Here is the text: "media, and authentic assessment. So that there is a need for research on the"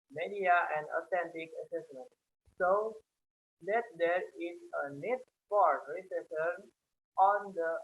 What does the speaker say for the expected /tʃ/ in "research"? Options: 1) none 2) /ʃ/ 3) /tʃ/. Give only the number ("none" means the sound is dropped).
1